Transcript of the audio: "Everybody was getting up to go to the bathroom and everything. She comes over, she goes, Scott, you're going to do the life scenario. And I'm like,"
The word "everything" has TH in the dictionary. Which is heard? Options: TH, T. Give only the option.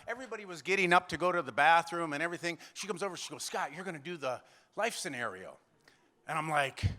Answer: TH